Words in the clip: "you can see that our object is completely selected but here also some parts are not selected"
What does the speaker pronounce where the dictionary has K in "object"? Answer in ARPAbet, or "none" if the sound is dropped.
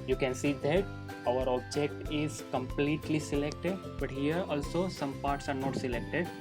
K